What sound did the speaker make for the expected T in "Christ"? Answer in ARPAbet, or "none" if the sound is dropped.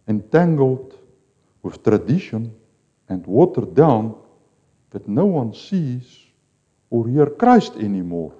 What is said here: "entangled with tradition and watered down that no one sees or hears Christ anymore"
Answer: T